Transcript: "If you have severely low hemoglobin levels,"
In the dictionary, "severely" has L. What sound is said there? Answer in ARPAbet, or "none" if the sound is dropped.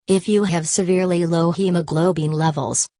L